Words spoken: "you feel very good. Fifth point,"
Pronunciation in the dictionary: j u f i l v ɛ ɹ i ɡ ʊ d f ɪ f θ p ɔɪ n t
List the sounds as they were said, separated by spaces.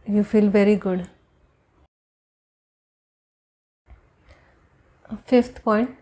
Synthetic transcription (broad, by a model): j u f i l v ɛ ɹ i ɡ ʊ d f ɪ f t p ɔɪ n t